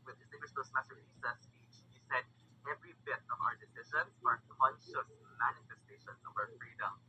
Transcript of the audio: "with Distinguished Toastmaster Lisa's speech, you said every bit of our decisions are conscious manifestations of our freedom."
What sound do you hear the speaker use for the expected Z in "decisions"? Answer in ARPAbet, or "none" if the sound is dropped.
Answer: none